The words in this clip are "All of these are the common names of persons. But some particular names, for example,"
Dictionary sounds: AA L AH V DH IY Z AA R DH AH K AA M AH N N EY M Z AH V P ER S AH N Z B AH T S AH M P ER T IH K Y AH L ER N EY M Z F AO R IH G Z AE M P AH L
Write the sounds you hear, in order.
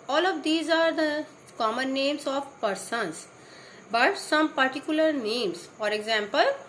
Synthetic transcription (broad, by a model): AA L AH V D IY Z AA R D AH K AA M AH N N EY M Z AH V P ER S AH N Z B AH T S AH M P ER T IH K Y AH L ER N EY M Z F AO R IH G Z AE M P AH L